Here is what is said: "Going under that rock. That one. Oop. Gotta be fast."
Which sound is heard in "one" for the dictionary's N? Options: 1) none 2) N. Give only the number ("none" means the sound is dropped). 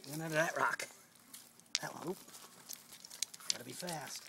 1